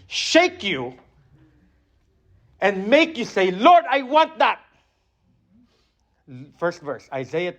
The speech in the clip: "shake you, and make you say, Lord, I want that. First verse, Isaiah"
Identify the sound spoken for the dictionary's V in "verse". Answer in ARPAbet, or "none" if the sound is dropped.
V